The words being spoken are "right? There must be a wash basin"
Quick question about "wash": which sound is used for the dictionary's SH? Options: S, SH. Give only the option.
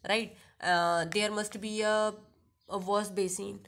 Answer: S